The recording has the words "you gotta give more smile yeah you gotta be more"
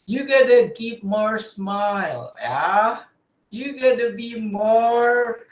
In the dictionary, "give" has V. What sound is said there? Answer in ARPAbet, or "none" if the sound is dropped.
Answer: P